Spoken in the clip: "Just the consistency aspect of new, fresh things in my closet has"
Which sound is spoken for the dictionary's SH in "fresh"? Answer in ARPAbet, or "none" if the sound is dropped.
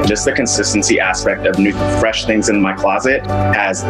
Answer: SH